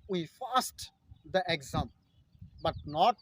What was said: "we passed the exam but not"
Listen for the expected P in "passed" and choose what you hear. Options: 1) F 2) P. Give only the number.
1